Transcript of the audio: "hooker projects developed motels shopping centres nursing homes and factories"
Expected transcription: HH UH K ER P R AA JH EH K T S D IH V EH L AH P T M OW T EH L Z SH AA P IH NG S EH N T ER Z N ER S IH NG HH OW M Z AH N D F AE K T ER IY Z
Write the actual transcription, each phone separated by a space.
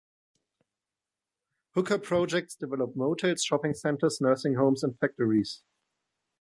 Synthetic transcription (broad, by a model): HH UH K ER P R AA JH EH K T S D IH V EH L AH P M OW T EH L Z SH AA P IH NG S EH N T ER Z N ER S IH NG HH OW M S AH N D F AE K T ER IY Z